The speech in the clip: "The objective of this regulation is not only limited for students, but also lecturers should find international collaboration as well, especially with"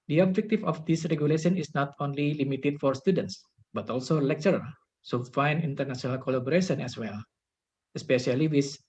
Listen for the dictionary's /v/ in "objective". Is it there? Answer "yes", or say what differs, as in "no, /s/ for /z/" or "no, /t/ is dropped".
no, /f/ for /v/